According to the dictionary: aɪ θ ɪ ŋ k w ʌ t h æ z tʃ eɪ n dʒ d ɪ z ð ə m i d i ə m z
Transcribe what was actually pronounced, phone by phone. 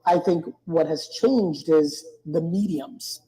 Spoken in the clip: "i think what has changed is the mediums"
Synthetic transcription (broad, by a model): aɪ θ ɪ ŋ k w ʌ t h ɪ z tʃ eɪ n dʒ d ɪ z ð ə m i d i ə m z